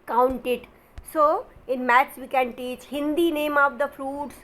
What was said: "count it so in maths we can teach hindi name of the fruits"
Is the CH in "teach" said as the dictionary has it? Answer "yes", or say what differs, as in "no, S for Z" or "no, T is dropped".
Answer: yes